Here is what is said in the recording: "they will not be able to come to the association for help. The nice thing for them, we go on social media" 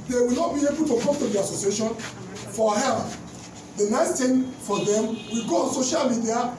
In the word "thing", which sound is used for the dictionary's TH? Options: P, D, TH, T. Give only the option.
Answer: T